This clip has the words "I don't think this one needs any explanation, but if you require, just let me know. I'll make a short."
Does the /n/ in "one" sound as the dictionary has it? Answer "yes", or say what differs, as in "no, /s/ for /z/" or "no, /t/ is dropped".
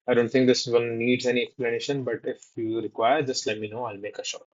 no, /l/ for /n/